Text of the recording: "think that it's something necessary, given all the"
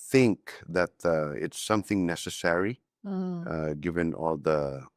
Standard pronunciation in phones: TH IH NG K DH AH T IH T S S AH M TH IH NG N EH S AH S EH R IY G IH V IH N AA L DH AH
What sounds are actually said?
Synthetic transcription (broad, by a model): TH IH NG K DH AH T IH T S S AH M TH IH NG N EH S AH S EH R IY G IH V IH N AA L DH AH